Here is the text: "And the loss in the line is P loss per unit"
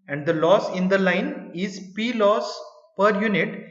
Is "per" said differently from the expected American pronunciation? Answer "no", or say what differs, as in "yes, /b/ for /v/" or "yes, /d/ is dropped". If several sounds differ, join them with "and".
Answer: no